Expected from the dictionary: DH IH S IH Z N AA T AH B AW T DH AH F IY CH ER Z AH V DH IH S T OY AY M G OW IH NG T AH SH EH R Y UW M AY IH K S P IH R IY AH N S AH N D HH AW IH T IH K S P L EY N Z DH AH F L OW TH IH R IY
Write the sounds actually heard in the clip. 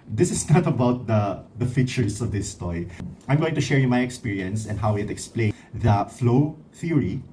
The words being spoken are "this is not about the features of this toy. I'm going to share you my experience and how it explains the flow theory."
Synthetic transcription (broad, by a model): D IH S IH S N AA T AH B AW T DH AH F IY CH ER S AH V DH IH S T OY AY M G OW IH NG T AH SH EH R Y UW M AY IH K S P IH R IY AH N S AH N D HH AW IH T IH K S P L EY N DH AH F L OW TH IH R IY